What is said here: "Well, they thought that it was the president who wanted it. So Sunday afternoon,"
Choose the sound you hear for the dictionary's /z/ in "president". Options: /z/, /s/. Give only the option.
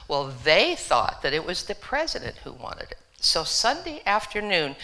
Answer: /z/